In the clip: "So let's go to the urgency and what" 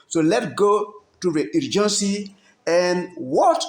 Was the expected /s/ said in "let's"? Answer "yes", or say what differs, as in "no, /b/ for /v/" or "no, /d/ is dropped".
no, /s/ is dropped